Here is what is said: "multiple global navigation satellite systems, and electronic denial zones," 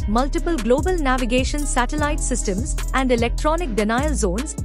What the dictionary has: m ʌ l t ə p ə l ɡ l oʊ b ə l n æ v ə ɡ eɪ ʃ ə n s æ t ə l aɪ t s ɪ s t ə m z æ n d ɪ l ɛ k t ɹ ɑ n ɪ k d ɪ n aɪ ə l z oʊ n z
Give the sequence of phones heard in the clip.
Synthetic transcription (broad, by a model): m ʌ l t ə p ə l ɡ l oʊ b ə l n æ v ə ɡ eɪ ʃ ə n s æ t ə l aɪ t s ɪ s t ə m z æ n d ɪ l ɛ k t ɹ ɑ n ɪ k d ɪ n aɪ ə l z oʊ n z